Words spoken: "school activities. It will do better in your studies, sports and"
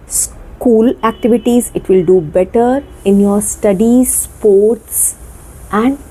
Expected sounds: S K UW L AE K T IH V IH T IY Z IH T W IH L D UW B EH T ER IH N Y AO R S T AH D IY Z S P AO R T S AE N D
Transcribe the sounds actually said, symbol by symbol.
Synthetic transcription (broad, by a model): S K UW L AE K T IH V IH T IY Z IH T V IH L D UW B EH T ER IH N Y AO R S T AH D IY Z S P AO R T S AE N D